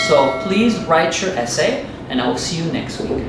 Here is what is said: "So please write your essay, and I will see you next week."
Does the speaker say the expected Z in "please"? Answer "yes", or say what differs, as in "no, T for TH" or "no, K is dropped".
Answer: yes